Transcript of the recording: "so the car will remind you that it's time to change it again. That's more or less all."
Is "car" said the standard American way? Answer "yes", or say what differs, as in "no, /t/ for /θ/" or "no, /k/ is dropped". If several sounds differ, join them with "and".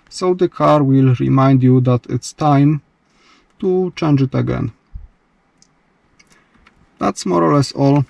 yes